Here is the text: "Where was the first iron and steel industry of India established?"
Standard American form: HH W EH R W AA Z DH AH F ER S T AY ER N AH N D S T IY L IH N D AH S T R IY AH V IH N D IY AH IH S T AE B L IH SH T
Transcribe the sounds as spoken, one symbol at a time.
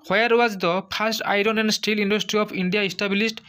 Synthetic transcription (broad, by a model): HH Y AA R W AA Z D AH P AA S T AY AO N AH N D S T IY L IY N D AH S T R IY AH P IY N D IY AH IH S T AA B L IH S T